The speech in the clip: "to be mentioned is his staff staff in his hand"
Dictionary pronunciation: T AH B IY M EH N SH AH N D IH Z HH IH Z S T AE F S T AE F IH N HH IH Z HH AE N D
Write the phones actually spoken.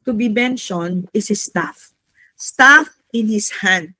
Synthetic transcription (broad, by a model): T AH B IY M EH N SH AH N IH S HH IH S T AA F S T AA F IH N HH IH S HH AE N D